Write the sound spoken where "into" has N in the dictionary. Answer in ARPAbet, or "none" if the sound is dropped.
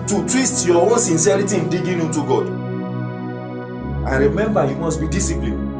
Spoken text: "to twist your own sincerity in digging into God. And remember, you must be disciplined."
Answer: none